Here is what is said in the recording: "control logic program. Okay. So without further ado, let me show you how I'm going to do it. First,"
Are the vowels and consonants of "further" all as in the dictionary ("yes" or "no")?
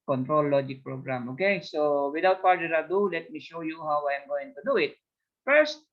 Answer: no